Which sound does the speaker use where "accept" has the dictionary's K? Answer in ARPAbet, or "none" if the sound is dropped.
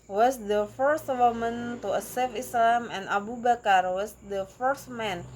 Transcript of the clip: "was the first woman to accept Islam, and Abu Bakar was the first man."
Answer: none